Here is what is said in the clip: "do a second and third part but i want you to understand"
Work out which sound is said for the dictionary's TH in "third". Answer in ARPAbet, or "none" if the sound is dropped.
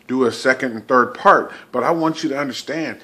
TH